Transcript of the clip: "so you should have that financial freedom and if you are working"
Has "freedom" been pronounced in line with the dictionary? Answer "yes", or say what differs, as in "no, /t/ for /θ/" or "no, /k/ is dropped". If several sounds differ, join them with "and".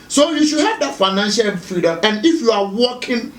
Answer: no, /ɹ/ is dropped